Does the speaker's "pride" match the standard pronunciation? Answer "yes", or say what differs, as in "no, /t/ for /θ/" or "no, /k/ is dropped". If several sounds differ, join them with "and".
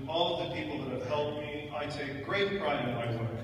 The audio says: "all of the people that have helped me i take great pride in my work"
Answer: no, /d/ is dropped